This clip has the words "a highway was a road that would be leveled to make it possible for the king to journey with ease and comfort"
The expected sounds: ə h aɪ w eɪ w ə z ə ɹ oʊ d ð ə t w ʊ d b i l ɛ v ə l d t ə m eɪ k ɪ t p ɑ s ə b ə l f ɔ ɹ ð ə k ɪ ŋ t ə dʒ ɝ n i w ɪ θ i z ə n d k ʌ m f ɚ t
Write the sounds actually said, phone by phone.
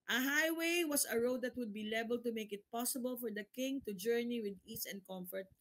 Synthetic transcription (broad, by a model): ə h aɪ w eɪ w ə s ə ɹ oʊ d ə t w ʊ d b i l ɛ b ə l t ə m eɪ k ɪ t p ɑ s ə b ə l f ɔ ɹ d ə k ɪ ŋ t ə dʒ ɝ n i w ɪ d i s ə n d k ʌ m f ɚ t